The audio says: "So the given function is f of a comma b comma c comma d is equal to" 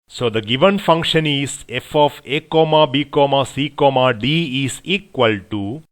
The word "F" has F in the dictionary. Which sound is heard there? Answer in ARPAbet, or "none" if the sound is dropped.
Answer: F